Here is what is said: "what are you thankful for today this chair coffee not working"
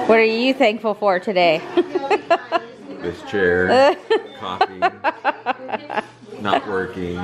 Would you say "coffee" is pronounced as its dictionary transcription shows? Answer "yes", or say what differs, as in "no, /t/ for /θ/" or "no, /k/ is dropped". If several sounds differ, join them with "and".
no, /f/ is dropped